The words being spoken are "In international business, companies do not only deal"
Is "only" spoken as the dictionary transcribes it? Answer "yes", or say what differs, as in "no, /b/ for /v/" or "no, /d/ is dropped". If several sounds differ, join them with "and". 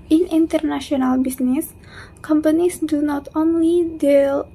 yes